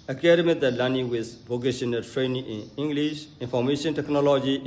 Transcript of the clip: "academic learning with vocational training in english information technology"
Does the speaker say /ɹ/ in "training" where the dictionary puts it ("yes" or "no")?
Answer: yes